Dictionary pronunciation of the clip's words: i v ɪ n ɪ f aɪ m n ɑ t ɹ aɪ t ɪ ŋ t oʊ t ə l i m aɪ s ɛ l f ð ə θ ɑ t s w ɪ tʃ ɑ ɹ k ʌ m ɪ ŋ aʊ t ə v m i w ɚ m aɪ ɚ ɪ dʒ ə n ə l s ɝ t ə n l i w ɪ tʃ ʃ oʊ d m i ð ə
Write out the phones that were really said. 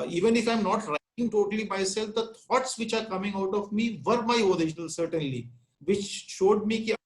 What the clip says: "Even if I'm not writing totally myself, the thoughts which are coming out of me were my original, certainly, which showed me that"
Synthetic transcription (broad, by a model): i v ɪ n ɪ f aɪ m n ɑ t ɹ aɪ t ɪ ŋ t oʊ t ə l i m aɪ s ɛ l f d ə t ɑ t s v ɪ tʃ ɑ ɹ k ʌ m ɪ ŋ aʊ t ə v m i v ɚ m aɪ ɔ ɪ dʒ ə n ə l s ɝ t ə n l i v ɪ tʃ ʃ oʊ d m i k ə